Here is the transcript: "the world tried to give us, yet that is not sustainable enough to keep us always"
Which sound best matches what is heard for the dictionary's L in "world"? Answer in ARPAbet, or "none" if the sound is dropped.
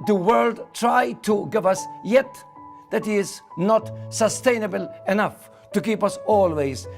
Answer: L